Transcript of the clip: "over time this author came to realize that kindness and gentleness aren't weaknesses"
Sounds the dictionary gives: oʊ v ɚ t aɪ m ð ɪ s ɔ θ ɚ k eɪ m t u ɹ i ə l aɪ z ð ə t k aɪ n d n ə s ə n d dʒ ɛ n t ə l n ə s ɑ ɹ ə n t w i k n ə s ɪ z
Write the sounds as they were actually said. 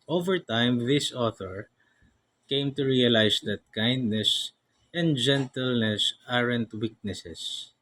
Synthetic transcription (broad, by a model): oʊ v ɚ t aɪ m ð ɪ s ɔ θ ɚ k eɪ m t u ɹ i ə l aɪ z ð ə t k aɪ n d n ə s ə n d dʒ ɛ n t ə l n ə s ɑ ɹ ə n t w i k n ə s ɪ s